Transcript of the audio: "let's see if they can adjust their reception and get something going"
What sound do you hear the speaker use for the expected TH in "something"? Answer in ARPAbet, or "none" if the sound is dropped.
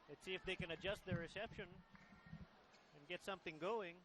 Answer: TH